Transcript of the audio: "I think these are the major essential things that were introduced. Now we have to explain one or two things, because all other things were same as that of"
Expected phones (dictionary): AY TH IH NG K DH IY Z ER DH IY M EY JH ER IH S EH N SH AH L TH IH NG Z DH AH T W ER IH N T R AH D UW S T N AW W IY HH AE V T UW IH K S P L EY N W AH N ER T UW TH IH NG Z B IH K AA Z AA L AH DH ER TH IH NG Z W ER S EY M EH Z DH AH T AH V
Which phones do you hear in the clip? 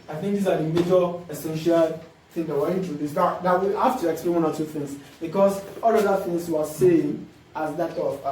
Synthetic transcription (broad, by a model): AY TH IH NG K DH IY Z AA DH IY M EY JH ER IH S EH N SH AH L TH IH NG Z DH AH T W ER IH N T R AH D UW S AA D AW W IY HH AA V T UW IH K S P L EY N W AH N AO T UW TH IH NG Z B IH K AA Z AA L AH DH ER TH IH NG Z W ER S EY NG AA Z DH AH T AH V